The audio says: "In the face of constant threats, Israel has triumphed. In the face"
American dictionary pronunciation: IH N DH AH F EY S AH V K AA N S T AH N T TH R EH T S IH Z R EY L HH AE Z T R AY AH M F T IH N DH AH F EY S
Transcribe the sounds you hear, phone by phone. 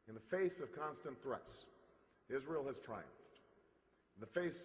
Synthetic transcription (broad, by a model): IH N DH AH F EY S AH V K AA N S T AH N TH R EH T S IH Z R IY L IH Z T R AY AH M F T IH N DH AH F EY S